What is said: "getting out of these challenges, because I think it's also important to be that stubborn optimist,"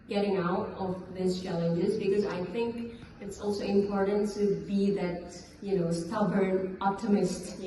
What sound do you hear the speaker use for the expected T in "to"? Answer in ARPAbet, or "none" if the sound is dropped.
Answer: T